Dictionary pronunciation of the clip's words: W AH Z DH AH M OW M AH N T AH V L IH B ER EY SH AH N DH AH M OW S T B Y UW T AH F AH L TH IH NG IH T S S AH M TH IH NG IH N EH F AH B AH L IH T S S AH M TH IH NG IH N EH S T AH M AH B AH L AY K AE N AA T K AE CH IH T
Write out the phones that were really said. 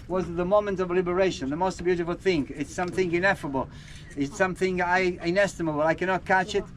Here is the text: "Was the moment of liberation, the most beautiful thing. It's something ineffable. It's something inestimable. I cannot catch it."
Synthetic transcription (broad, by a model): W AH Z DH AH M OW M AH N T AH V L IH B ER EY SH AH N DH AH M OW S T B Y UW T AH F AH L TH IH NG IH T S S AH M TH IH NG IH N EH F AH B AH L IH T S S AH M TH IH NG IH N EH S T AH M AH B AH L AY K AE N AA T K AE CH IH T